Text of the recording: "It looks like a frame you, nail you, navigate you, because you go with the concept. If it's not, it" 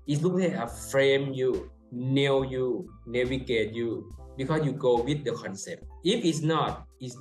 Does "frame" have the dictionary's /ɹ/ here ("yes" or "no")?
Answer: yes